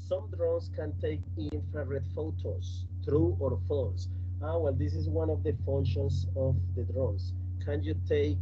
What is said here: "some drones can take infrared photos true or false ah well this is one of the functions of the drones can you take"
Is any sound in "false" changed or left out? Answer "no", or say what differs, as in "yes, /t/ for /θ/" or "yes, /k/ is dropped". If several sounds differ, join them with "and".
yes, /l/ is dropped